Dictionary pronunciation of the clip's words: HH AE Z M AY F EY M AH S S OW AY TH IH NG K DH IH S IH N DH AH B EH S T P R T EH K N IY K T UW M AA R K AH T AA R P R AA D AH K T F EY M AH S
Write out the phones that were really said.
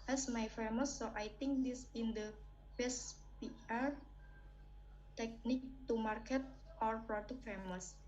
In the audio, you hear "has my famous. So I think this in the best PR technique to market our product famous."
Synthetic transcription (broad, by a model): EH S M AY F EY M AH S S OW AY T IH NG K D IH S IH N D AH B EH S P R T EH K N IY K T UW M AA R K AH T AA R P R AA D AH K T F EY M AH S